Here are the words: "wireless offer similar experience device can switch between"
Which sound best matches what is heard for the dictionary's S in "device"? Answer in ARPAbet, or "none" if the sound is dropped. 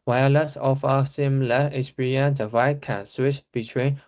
none